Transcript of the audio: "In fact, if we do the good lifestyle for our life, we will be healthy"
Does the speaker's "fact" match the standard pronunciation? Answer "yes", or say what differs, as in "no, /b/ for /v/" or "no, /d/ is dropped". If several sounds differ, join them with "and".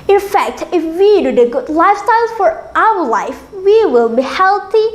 yes